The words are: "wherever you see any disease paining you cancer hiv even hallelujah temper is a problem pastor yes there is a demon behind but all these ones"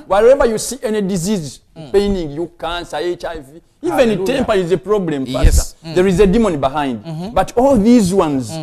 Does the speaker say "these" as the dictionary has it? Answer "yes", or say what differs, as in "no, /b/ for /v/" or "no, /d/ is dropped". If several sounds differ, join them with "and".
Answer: yes